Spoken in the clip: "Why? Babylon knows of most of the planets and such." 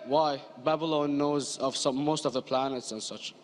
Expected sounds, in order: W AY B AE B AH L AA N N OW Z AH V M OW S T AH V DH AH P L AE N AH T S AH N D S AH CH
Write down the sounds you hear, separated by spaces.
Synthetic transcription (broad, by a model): W AY B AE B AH L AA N N OW Z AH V M OW S T AH V DH AH P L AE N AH T S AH N S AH CH